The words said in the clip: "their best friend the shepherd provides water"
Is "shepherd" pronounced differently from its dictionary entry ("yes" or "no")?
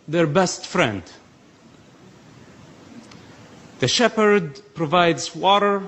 no